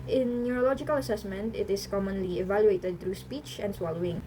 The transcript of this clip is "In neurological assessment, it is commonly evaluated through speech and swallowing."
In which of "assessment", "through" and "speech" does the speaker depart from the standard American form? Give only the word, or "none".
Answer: through